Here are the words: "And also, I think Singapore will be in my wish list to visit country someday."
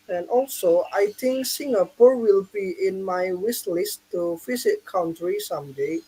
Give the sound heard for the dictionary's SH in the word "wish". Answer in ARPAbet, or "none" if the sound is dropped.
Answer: S